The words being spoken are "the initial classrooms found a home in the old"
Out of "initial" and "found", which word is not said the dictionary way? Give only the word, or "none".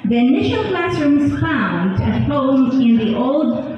found